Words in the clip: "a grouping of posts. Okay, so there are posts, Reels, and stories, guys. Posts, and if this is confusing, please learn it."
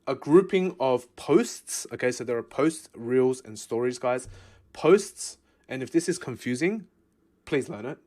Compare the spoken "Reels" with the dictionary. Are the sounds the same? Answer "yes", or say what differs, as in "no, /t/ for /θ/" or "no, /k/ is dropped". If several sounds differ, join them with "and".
yes